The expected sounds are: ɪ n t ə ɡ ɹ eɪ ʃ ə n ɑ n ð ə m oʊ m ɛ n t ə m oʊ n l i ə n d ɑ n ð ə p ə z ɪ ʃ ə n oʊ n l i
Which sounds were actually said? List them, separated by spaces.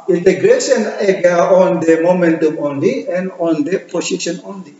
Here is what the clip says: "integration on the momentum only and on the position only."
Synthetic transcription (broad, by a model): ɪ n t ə ɡ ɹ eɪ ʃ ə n ɑ n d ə m oʊ m ɛ n t ə m oʊ n l i ə n d ɑ n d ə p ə s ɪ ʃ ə n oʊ n l i